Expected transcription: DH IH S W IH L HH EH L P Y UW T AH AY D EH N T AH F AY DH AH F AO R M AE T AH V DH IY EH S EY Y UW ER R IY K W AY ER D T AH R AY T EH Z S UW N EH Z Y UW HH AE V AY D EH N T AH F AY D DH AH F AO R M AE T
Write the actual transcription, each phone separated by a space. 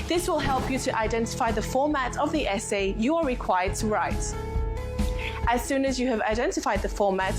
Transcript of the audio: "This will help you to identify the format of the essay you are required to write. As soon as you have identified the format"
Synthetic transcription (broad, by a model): DH IH S W IH L HH EH L P Y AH T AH AY D EH N T AH F AY DH AH F AO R M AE T AH V DH IY EH S EY Y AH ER R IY K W AY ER D T AH R AY T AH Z S UW N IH Z Y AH V AY D EH N T AH F AY D DH AH F AO R M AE T